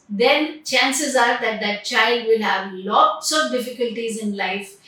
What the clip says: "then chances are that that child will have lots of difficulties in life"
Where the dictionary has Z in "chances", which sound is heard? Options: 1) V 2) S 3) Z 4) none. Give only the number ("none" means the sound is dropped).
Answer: 3